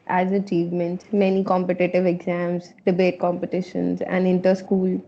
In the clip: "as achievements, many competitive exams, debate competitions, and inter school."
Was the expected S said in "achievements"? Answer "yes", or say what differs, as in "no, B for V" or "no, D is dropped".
no, S is dropped